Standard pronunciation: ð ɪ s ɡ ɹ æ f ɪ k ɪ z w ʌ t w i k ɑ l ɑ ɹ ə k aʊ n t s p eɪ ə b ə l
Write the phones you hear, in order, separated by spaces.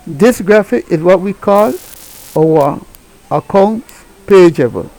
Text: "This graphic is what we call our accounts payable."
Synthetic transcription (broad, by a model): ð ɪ s ɡ ɹ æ f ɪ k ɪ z w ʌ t w i k ɑ l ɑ w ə k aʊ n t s p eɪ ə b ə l